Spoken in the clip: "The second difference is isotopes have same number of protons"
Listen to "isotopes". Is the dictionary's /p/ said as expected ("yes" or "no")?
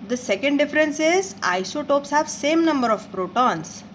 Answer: yes